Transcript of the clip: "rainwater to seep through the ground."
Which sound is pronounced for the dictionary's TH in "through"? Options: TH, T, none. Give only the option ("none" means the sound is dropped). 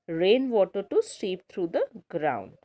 T